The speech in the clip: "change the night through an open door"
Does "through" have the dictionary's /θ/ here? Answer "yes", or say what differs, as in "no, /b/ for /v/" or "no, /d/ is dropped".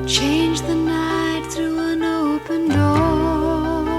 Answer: yes